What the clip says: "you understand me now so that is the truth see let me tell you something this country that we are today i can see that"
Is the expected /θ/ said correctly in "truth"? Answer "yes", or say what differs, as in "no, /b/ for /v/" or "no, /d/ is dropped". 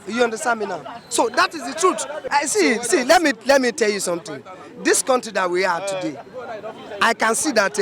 no, /s/ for /θ/